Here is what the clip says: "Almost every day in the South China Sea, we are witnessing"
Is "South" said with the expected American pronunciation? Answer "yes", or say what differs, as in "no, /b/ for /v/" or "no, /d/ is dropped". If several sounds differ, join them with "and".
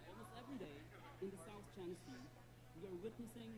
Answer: yes